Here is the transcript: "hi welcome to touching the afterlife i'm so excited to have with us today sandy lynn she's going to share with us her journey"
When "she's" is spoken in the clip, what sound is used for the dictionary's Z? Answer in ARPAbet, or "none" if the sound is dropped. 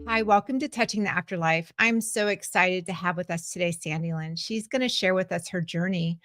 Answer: Z